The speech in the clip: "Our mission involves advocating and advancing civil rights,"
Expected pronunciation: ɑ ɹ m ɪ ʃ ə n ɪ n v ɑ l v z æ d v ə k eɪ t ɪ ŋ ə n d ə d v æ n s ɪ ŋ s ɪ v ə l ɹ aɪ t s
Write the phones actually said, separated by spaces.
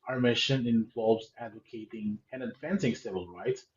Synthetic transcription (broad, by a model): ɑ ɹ m ɪ ʃ ə n ɪ n v ɑ l v z æ d v ə k eɪ t ɪ ŋ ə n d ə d f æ n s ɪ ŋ s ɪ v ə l ɹ aɪ t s